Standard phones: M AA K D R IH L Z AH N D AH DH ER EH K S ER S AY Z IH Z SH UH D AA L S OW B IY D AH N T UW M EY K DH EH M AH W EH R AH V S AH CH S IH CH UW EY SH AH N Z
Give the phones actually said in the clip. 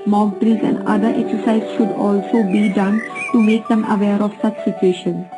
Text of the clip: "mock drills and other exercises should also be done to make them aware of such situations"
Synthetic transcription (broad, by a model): M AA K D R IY Z AH N D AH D ER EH K S ER S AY IH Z SH UH D AA L S OW B IY D AH N T UW M EY K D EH M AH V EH R AH V S AH CH S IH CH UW EY SH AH N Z